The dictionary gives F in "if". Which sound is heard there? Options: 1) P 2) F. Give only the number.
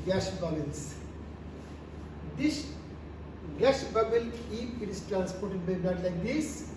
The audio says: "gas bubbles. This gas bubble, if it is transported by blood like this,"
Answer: 1